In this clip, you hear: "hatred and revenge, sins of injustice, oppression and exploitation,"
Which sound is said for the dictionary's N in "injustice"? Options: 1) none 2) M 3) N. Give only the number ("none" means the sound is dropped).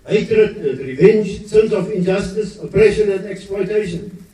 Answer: 3